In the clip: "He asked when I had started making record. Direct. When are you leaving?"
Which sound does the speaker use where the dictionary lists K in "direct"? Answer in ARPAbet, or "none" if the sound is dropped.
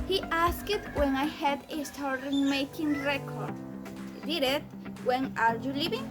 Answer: none